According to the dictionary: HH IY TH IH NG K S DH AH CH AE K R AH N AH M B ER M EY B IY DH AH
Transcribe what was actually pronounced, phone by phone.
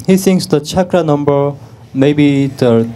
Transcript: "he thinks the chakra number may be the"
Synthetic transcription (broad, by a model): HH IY S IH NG S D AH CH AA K R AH N AH M B ER M EY B IY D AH